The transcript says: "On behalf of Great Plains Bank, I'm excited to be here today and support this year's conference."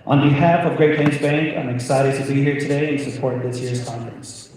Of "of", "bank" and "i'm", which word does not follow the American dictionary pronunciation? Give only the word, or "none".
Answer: none